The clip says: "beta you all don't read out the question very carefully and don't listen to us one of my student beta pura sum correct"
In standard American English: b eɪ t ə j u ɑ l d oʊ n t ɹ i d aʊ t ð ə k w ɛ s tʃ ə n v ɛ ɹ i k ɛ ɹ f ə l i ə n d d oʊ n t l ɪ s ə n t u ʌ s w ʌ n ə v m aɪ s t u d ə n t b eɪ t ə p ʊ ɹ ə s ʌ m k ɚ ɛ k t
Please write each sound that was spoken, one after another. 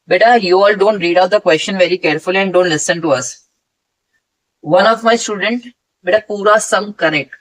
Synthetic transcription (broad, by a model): b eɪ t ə j u ɑ l d oʊ n t ɹ i d aʊ t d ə k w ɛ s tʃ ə n v ɛ ɹ i k ɛ ɹ f ə l i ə n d d oʊ n t l ɪ s ə n t u ʌ s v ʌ n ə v m aɪ s t u d ə n t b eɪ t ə p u ɹ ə s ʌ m k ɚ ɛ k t